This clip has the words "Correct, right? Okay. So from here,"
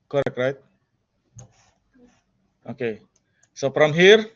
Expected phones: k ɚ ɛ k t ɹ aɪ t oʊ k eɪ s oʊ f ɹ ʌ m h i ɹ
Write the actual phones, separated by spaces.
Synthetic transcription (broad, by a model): k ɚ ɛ k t ɹ aɪ t oʊ k eɪ s oʊ p ɹ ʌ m h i ɹ